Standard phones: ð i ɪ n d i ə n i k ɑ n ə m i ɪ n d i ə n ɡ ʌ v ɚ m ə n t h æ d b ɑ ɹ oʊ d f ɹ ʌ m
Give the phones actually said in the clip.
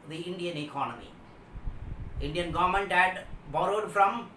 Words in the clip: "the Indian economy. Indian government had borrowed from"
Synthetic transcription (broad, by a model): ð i ɪ n d i ə n i k ɑ n ə m i ɪ n d i ə n ɡ ʌ v ɚ m ə n t h æ d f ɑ l oʊ d f ɹ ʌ m